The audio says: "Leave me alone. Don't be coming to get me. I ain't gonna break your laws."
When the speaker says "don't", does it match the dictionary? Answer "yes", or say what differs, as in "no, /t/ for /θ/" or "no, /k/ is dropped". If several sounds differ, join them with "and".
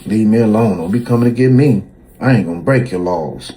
no, /l/ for /n/